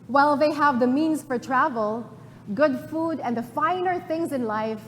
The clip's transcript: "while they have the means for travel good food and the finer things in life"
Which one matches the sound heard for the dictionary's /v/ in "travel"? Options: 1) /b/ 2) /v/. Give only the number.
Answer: 2